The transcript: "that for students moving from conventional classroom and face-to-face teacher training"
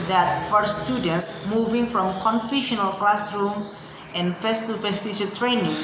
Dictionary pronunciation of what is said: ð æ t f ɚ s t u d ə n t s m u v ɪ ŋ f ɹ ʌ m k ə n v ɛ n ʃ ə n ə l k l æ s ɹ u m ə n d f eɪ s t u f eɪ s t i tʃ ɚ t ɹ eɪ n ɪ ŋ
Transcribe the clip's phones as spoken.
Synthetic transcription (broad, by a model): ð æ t f ɚ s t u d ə n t s m u v ɪ ŋ f ɹ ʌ m k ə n f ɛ ʃ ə n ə l k l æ s ɹ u m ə n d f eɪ s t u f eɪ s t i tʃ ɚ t ɹ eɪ n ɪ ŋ